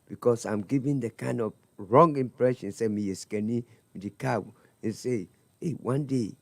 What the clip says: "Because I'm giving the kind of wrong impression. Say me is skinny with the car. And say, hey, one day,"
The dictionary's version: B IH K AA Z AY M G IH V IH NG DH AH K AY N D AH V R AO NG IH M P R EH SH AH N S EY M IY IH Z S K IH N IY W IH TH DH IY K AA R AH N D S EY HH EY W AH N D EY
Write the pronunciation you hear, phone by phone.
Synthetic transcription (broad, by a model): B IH K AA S AY M G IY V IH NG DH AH K AY N D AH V R AO NG IH M P R EH SH AH N S EY M IY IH S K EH N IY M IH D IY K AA W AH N S EY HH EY W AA N D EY